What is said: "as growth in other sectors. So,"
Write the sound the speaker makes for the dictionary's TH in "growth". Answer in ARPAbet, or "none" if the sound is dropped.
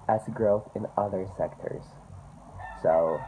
TH